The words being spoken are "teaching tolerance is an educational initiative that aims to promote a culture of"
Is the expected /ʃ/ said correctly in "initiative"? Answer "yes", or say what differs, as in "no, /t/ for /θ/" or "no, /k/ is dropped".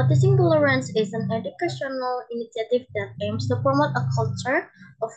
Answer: no, /s/ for /ʃ/